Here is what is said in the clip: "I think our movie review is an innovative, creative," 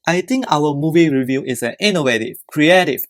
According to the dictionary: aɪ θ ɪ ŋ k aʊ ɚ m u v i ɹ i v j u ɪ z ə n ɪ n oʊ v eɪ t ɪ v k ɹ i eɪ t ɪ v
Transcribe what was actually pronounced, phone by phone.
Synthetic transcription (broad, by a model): aɪ t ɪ ŋ k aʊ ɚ m u v i ɹ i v j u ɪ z ə n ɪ n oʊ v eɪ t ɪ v k ɹ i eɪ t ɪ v